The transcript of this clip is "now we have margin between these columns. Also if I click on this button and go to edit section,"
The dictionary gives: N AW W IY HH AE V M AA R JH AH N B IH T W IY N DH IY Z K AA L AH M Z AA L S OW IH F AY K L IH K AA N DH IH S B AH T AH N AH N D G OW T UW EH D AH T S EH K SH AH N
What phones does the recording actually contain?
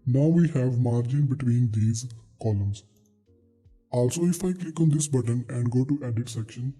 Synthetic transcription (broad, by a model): N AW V IY HH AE V M AA R JH AH N B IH T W IY N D IY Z K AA L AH M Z AA L S OW IH F AY K L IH K AA N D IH S B AH T AH N AH N D G OW T UW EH D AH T S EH K SH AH N